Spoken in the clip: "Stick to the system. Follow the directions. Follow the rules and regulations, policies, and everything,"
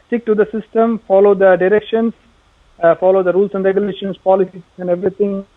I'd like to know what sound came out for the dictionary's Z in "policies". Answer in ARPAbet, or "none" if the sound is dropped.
none